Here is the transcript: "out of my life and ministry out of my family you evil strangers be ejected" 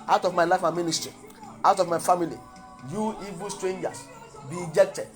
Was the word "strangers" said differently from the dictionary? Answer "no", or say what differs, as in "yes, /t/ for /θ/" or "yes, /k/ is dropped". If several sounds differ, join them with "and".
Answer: yes, /s/ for /z/